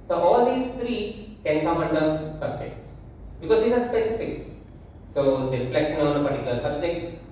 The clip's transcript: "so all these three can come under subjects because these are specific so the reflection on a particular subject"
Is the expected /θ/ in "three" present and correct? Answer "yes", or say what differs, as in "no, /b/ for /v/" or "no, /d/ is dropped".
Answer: no, /t/ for /θ/